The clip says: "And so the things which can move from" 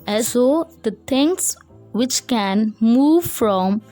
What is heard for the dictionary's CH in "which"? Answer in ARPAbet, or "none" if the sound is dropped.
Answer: CH